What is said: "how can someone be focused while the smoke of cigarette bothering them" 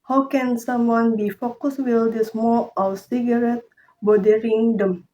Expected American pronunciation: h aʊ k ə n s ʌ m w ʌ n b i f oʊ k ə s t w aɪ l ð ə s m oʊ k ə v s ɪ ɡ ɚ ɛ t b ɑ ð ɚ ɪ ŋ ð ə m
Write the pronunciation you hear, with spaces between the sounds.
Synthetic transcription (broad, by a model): h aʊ k ə n s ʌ m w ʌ n b i f oʊ k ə s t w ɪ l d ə s m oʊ ə s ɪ ɡ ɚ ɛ t b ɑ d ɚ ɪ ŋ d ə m